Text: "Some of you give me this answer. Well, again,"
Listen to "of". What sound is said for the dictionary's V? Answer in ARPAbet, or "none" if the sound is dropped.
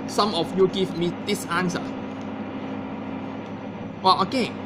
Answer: F